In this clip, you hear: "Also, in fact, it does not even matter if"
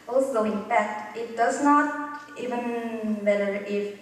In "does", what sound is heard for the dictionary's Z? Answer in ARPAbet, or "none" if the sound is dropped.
S